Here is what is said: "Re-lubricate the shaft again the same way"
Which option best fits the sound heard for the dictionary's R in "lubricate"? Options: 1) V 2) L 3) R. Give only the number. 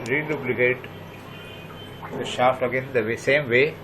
2